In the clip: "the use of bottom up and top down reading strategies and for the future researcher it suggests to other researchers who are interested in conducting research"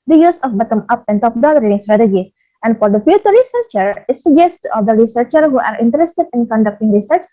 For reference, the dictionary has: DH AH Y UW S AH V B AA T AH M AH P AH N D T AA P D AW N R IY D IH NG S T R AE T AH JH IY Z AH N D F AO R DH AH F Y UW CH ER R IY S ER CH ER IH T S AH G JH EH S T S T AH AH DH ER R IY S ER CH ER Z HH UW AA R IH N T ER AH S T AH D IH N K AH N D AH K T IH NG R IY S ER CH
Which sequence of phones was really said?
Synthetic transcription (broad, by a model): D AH Y UW S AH F B AA T AH M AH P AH N T AA P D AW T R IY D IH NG S T R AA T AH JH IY AH N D F AO R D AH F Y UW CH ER R IY S ER CH ER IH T S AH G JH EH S S T AH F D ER R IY S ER CH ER HH UW AA R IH N T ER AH S T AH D IH N K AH N D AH K T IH NG R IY S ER CH